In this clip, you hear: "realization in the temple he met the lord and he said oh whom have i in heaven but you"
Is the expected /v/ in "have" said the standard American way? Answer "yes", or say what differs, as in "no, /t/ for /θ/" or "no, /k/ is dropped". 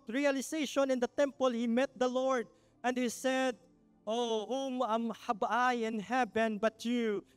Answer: no, /b/ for /v/